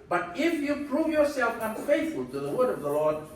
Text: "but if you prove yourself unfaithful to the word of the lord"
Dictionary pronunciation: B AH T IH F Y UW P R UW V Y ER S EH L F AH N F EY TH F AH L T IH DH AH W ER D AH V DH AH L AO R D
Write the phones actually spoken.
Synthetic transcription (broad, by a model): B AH T IH F Y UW P R UW V Y ER S EH L F AH N F EY TH F AH L T IH DH AH W ER D AH V DH AH L AO R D